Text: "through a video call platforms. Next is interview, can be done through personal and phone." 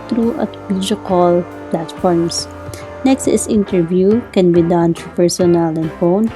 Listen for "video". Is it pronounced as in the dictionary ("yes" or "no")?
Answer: no